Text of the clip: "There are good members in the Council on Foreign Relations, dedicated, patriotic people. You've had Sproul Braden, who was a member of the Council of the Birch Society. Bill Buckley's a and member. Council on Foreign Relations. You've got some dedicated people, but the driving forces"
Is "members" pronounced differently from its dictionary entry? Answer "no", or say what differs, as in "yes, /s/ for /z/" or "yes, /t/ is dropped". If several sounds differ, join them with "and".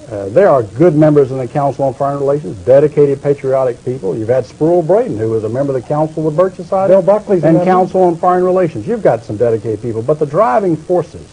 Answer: no